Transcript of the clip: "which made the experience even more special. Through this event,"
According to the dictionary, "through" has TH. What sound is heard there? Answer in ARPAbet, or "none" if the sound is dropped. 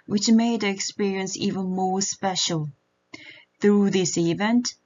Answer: TH